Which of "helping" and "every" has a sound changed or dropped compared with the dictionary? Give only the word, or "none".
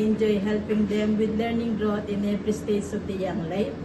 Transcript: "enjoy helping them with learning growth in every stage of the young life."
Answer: every